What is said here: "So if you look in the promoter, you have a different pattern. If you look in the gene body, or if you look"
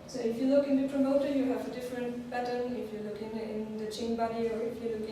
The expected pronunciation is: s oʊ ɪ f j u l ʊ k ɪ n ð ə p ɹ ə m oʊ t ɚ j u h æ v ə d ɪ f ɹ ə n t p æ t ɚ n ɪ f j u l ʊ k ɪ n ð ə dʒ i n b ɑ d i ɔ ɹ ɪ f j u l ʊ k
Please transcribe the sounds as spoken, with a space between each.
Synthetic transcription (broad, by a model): s oʊ ɪ f j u l ʊ k ɪ n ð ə p ɹ ə m oʊ t ɚ j u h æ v ə d ɪ f ɹ ə n t b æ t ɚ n ɪ f j u l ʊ k ɪ n ð ə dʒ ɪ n b ɑ d i ɔ ɹ ɪ f j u l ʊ k